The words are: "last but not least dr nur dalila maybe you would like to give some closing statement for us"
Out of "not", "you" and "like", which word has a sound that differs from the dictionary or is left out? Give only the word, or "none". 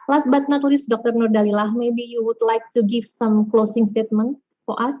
none